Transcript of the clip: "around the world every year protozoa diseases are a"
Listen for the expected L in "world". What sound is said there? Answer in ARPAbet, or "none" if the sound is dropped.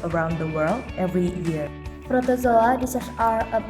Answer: L